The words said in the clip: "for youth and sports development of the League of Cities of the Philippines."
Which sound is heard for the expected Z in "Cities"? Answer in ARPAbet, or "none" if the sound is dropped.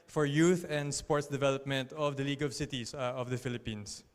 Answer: S